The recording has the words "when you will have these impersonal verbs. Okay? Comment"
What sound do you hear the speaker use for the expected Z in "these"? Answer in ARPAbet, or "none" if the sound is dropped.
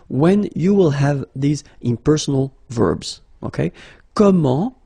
Z